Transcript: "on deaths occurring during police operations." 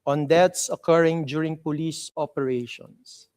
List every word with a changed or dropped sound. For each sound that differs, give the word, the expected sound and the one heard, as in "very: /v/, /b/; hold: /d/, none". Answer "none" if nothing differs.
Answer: deaths: /θ/, /t/